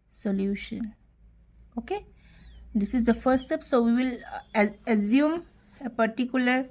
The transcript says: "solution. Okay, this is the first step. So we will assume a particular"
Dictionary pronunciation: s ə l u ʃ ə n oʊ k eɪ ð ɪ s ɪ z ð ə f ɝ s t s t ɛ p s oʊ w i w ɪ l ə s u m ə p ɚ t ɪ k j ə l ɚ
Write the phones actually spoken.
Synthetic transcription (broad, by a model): s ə l u ʃ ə n oʊ k eɪ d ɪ s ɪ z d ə f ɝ t s t ɛ p s oʊ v i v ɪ l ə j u m ə p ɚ t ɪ k j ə l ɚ